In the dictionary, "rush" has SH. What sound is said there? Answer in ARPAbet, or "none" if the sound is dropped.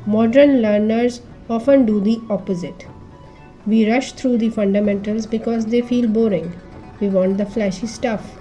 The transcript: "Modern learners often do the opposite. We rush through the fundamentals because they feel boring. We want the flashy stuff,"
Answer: SH